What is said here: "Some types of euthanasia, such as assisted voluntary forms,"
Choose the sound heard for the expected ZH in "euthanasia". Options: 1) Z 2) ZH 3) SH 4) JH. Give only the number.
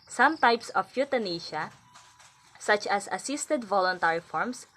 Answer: 3